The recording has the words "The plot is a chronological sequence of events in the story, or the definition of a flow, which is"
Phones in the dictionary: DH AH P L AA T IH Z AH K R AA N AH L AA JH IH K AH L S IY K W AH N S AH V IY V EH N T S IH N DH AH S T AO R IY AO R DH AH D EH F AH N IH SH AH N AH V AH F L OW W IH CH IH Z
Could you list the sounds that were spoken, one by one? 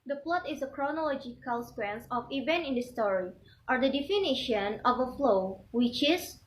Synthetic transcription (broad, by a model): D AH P L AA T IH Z AH K R AA N AH L AA JH IH K AH L S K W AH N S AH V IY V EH N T IH N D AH S T AO R IY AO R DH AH D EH F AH N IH SH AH N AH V AH F L OW W IH CH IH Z